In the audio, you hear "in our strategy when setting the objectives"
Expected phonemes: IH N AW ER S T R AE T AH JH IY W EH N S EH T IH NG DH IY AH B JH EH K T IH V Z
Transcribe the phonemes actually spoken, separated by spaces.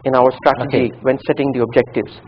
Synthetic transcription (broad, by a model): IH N AW ER S T R AE T AH JH IY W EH N S EH T IH NG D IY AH B JH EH K T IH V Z